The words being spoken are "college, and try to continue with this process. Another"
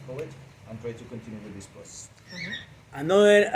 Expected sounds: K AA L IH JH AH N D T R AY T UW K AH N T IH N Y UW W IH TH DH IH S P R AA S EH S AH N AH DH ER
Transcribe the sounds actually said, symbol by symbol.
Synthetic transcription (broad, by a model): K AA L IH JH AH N T R AY T UW K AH N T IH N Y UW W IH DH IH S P AA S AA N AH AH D